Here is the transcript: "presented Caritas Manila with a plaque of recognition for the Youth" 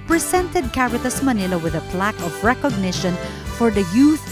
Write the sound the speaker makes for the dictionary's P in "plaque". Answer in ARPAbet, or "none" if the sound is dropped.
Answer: P